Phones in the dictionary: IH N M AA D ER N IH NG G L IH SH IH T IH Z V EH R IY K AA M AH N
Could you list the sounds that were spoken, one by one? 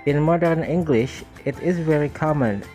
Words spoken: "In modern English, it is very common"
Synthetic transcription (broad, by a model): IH N M AA D ER N IH NG G L IH SH IH T IH Z V EH R IY K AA M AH N